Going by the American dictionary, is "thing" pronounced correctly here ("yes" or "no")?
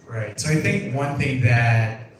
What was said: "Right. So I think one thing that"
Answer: yes